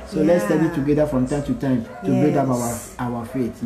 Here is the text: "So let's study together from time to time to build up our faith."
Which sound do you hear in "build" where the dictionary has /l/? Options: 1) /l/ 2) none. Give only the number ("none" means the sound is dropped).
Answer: 2